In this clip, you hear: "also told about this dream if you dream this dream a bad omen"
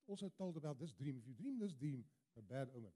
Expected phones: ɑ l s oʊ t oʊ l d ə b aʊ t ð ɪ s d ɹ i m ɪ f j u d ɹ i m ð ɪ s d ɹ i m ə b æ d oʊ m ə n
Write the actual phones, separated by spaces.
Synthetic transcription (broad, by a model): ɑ l s oʊ t oʊ l d ə b aʊ t ð ɪ s d ɹ i m ɪ f j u d ɹ i m ð ɪ s d ɹ i m ə b æ d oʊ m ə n